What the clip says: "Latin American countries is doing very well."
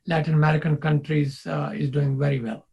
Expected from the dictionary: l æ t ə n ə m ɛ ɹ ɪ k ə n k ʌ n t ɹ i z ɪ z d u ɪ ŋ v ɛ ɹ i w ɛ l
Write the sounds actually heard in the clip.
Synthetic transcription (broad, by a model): l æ t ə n ə m ɛ ɹ ɪ k ə n k ʌ n t ɹ i z ɪ z d u ɪ ŋ v ɛ ɹ i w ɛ l